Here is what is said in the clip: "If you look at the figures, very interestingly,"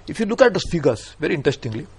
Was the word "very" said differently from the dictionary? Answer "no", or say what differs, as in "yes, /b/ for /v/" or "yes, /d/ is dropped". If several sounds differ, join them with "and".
no